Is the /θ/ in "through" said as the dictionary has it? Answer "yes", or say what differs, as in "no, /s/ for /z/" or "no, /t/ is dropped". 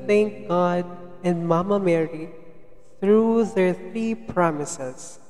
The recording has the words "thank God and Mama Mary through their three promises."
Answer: no, /t/ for /θ/